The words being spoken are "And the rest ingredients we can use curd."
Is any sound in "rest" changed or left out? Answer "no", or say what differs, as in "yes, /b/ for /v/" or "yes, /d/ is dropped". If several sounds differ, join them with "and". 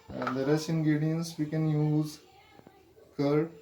yes, /t/ is dropped